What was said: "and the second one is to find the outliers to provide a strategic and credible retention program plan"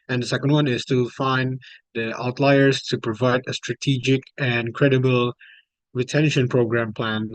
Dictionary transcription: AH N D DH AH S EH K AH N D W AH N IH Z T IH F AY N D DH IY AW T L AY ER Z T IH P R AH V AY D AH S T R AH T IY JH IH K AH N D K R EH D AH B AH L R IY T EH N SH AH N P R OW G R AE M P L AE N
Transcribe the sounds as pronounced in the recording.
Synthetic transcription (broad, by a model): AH N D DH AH S EH K AH N D W AH N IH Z T IH F AY N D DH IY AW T L AY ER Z T IH P R AH V AY D AH S T R AH T IY JH IH K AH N K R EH D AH B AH L R IY T EH N SH AH N P R OW G R AE M P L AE N